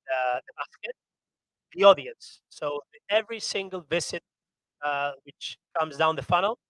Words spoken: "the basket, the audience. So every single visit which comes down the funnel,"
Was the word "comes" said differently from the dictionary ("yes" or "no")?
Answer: no